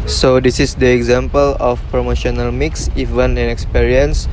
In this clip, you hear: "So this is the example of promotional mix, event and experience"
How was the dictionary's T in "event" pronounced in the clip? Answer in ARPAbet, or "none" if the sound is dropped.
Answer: none